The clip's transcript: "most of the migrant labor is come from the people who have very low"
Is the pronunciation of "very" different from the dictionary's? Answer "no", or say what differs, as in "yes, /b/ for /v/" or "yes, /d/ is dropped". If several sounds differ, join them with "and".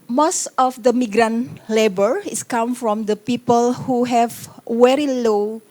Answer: yes, /w/ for /v/